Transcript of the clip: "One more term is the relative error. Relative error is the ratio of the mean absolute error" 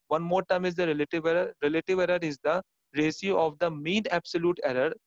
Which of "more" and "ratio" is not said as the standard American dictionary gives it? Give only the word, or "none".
ratio